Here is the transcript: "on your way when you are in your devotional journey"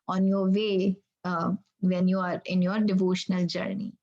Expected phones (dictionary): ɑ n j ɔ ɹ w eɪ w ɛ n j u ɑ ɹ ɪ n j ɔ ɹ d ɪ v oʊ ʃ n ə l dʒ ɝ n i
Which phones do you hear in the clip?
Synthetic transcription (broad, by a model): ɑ n j ɔ ɹ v eɪ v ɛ n j u ɑ ɹ ɪ n j ɔ ɹ d ɪ v oʊ ʃ n ə l dʒ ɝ n i